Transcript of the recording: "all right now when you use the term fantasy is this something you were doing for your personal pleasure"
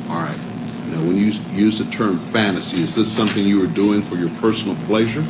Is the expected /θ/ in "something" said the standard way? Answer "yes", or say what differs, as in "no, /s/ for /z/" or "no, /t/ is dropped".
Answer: yes